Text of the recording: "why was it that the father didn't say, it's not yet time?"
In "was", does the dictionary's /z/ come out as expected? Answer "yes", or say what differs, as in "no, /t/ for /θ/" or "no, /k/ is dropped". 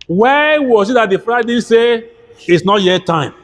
no, /s/ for /z/